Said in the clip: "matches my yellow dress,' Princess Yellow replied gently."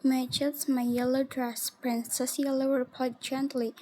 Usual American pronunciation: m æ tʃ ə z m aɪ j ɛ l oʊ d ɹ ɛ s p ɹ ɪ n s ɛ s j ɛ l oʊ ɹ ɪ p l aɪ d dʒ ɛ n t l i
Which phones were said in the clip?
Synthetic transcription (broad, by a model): m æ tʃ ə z m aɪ j ɛ l oʊ d ɹ ɛ s p ɹ ɪ n s ɛ s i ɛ l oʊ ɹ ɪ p aɪ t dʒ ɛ n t l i